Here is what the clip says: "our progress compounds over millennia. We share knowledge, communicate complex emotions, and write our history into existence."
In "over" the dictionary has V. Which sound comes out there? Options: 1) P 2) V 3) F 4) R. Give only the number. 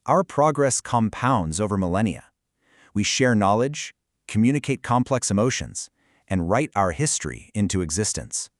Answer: 2